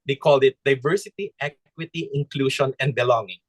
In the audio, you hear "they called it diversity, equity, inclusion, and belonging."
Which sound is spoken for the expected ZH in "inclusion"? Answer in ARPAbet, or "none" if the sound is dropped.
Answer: SH